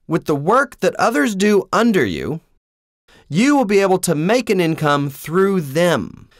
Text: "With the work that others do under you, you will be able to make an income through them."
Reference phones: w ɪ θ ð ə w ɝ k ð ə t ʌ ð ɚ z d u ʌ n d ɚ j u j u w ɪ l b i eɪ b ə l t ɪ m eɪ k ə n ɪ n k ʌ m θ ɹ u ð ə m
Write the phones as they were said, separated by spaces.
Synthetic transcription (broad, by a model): w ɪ ð ə w ɝ k ð ə t ʌ ð ɚ z d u ʌ n d ɚ j u j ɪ w ɪ l b i eɪ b l t ɪ m eɪ k ə n ɪ n k ʌ m θ ɹ u ð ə m